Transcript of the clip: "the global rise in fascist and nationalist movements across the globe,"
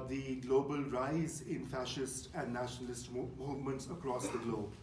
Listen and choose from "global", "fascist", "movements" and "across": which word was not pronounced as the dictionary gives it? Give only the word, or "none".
none